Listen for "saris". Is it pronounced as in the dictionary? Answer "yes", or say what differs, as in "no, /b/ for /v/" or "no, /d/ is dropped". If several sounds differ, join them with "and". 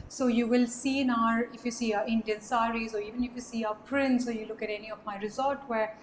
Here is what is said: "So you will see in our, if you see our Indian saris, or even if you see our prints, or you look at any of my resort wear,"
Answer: yes